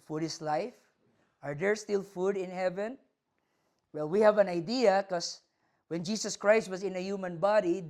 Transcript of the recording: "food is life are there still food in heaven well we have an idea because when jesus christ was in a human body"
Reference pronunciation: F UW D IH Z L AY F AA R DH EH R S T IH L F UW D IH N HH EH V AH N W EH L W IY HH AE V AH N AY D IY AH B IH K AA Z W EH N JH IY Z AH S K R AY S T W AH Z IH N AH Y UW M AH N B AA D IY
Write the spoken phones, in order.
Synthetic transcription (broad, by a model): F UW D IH S L AY F AA R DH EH R S T IH L F UW D IH N HH EH V AH N W EH L W IY HH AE V AH N AY D IY AH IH K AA S W EH N JH IY S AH S K R AY S T W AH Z IH N AH Y UW M AH N B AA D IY